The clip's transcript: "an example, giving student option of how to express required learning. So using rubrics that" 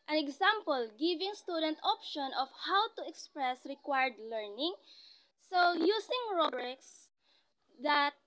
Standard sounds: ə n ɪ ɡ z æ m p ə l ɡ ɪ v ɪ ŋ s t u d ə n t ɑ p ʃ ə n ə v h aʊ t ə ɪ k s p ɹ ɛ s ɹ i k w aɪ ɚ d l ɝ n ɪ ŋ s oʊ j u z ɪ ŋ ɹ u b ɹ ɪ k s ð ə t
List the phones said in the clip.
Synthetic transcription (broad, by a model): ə n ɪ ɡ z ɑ m p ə l ɡ ɪ v ɪ ŋ s t u d ə n t ɑ p ʃ ə n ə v h aʊ t ə ɪ k s p ɹ ɛ s ɹ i k w aɪ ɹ d l ɝ n ɪ ŋ s oʊ j u s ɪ ŋ ɹ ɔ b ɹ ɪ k s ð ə t